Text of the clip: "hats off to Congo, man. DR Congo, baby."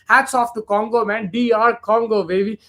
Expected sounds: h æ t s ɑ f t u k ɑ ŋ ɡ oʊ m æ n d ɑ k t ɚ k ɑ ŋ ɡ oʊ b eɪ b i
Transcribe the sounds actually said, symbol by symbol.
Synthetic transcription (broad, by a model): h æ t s ɑ f t u k ɑ ŋ ɡ oʊ m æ n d ɑ t k ɑ ŋ ɡ oʊ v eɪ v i